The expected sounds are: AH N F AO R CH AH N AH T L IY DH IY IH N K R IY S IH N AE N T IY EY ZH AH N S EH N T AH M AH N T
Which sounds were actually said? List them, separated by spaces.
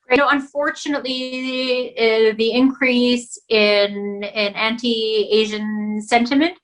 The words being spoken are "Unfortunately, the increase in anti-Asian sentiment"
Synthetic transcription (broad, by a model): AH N F AO R CH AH N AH T L IY DH IY IH N K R IY S IH N AE N T IY EY ZH AH N S EH N T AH M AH N T